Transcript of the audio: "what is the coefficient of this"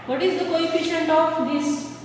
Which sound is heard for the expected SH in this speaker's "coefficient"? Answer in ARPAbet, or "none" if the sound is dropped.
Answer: SH